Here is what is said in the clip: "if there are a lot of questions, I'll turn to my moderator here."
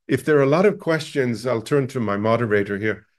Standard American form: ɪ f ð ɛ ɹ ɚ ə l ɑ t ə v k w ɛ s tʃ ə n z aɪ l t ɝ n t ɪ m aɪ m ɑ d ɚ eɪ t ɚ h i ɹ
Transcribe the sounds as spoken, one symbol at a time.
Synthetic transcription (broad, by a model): ɪ f ð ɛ ɹ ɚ ə l ɑ t ə v k w ɛ s tʃ ə n z aɪ l t ɝ n t ɪ m aɪ m ɑ d ɚ eɪ t ɚ h i ɹ